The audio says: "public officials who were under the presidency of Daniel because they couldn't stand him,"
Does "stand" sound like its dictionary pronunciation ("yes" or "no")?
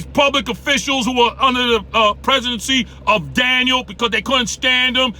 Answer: yes